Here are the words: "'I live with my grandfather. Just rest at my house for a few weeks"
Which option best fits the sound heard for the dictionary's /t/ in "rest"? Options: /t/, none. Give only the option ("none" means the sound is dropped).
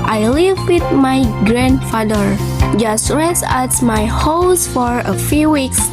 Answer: none